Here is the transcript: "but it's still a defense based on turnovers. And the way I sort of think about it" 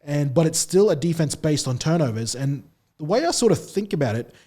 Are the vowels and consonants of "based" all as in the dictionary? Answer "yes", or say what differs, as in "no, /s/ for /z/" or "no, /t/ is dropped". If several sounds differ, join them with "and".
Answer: yes